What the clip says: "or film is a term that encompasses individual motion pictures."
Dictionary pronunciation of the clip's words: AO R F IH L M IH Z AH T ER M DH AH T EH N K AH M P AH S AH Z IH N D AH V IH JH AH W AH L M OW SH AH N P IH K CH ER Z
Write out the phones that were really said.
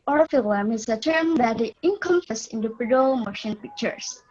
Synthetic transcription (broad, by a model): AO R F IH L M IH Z AH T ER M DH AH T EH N K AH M F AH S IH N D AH P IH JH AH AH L M OW SH AH N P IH K CH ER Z